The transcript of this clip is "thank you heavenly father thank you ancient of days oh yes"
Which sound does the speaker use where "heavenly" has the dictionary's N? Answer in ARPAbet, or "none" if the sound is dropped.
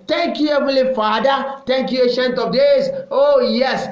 none